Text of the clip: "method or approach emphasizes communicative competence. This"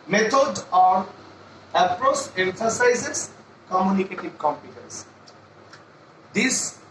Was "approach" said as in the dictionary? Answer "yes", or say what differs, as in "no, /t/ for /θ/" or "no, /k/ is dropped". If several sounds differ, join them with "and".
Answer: no, /s/ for /tʃ/